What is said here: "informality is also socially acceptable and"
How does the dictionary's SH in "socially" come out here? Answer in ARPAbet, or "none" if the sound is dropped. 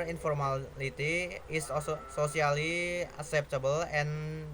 S